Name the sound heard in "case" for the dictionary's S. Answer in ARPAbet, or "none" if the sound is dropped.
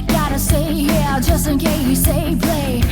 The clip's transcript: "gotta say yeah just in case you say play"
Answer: none